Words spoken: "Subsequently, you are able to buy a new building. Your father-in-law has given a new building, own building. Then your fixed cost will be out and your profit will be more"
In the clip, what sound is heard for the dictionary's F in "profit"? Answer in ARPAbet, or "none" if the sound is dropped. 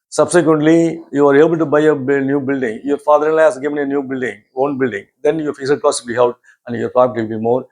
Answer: P